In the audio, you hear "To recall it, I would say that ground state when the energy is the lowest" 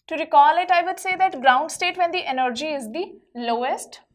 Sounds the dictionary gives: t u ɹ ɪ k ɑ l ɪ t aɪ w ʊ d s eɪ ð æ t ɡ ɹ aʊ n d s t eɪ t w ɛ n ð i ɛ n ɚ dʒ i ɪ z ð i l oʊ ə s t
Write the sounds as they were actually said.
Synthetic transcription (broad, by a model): t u ɹ ɪ k ɑ l ɪ t aɪ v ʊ d s eɪ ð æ t ɡ ɹ aʊ n d s t eɪ t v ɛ n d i ɛ n ɚ dʒ i ɪ z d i l oʊ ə s t